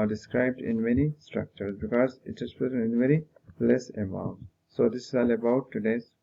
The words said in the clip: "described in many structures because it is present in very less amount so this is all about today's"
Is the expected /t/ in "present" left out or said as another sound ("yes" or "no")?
yes